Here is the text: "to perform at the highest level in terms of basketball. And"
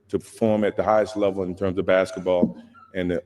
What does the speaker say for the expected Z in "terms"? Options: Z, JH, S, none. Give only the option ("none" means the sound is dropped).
Z